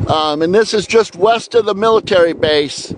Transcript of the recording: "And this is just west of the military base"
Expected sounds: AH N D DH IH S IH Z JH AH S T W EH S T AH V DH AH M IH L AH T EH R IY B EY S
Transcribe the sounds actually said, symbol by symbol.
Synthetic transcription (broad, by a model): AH N DH IH S IH Z JH AH S T W EH S T AH V DH AH M IH L AH T EH R IY B EY S